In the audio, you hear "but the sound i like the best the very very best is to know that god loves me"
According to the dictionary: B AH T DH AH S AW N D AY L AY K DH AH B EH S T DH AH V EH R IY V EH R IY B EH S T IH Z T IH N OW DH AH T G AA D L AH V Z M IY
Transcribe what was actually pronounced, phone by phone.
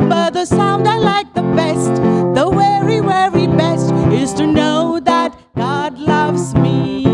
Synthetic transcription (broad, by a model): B AH T DH AH S AW N D AY L AY K DH AH B EH S T DH AH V EH R IY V EH R IY B EH S T IH Z T IH N OW DH AH T G AA D L AH V Z M IY